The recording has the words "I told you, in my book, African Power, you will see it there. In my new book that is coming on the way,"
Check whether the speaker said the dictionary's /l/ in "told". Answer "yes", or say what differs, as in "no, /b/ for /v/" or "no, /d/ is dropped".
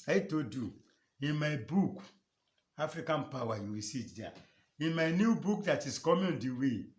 no, /l/ is dropped